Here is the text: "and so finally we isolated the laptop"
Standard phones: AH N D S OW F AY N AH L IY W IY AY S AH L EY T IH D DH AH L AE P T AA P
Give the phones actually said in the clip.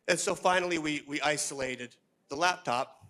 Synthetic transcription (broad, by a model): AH N S OW F AY N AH W IY W IY AY S AH L EY T IH D DH AH L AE P T AA P